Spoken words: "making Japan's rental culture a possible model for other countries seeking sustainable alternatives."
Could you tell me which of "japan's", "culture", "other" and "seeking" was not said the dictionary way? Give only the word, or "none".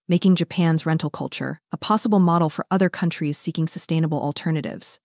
none